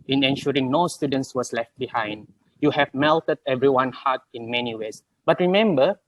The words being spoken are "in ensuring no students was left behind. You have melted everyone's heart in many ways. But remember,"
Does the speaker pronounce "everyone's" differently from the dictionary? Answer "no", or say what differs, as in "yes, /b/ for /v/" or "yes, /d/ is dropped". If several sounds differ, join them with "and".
yes, /z/ is dropped